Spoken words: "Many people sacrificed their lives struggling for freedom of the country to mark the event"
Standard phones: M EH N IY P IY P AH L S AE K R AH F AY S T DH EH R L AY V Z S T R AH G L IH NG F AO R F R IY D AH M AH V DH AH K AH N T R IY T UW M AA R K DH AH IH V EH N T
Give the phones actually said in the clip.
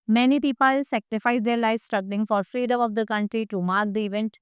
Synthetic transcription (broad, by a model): M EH N IY P IY P AH L S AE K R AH F AY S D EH R L AY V S T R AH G L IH NG F AO R F R IY D AH M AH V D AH K AH N T R IY T UW M AA R K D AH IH V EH N T